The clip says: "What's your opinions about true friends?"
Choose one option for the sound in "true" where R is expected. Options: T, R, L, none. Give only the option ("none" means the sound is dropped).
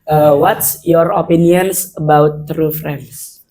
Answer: R